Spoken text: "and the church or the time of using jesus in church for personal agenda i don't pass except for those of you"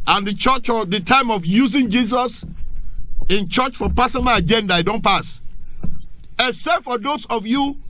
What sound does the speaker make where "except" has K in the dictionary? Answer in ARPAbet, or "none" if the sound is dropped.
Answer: none